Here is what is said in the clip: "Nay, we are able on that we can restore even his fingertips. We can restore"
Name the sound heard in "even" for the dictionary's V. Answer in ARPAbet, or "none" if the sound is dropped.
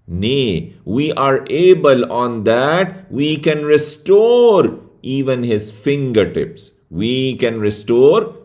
V